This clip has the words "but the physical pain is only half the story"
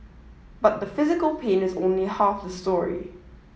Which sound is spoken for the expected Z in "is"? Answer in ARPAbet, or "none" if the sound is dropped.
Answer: Z